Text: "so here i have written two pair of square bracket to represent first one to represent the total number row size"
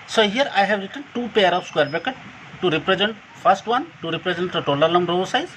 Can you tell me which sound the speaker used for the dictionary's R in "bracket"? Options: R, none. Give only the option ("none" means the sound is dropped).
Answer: none